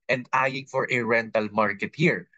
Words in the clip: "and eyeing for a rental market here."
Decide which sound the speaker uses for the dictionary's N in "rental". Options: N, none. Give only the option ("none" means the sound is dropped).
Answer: N